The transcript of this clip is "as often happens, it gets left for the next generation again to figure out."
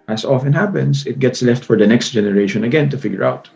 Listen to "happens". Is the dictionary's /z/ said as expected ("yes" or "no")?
no